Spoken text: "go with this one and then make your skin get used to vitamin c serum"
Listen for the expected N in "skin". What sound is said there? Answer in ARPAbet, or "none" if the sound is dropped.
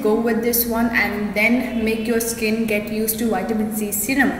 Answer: N